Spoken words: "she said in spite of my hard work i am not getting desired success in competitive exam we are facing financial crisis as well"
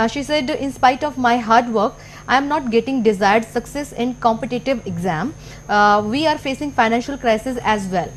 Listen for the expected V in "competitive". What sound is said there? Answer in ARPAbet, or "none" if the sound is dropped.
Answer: V